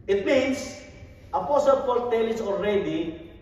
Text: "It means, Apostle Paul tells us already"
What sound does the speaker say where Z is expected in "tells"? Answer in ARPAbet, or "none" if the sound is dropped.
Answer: none